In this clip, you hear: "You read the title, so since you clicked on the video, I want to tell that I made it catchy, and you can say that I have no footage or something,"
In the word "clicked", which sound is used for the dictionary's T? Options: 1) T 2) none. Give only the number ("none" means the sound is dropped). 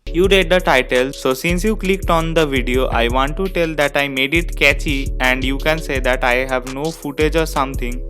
1